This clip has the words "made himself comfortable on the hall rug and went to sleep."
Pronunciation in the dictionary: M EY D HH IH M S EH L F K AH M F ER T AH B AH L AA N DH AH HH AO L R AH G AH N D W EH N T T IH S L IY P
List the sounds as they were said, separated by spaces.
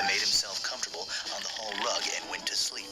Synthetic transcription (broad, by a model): M EY D HH IH M S EH L F K AH M F T AH B L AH N DH AH HH AO L R AH G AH N W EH N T T IH S L IY P